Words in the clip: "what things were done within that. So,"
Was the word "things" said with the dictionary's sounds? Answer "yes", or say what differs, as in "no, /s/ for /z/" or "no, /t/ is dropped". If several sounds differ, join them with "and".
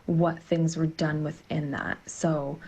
yes